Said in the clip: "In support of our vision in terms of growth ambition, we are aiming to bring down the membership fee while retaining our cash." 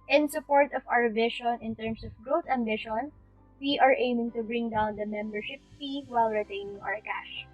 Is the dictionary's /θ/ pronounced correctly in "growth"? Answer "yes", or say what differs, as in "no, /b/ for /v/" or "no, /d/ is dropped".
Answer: no, /t/ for /θ/